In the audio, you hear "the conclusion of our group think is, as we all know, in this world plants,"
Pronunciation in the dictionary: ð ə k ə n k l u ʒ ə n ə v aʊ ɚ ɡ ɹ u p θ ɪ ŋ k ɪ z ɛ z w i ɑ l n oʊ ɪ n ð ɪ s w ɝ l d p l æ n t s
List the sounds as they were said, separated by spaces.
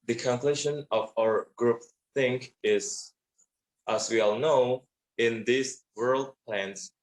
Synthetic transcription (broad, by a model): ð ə k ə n k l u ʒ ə n ə v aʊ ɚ ɡ ɹ u p θ ɪ ŋ k ɪ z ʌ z w i ɑ l n oʊ ɪ n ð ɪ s w ɝ l d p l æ n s